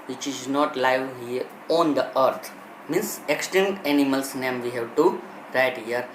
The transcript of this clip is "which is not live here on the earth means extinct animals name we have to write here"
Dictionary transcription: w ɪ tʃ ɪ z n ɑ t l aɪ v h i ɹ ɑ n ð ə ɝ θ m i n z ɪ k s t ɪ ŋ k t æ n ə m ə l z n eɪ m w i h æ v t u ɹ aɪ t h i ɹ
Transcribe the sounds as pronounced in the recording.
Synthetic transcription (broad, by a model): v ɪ tʃ ɪ z n ɑ t l aɪ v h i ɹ ɑ n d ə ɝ t m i n s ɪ k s t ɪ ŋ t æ n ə m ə l s n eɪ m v i h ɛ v t u ɹ aɪ t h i ɹ